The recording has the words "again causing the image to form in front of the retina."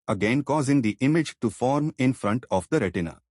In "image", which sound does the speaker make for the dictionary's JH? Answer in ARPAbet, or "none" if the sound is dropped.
JH